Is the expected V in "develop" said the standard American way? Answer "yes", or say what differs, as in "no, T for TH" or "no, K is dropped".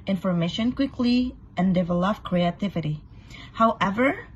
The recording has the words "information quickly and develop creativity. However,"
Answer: yes